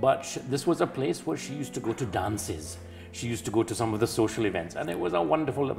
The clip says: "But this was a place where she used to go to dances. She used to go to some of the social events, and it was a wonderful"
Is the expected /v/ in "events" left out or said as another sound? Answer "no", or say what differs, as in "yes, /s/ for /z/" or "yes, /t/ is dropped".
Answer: no